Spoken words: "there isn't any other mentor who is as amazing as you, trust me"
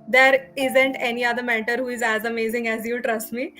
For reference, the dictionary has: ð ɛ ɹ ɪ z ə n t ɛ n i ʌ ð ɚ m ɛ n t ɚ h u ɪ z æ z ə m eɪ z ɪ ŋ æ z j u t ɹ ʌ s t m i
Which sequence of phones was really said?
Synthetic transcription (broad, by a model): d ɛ ɹ ɪ z ə n t ɛ n i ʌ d ɚ m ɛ t ɚ h u ɪ z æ z ə m eɪ z ɪ ŋ æ z j u t ɹ ʌ s t m i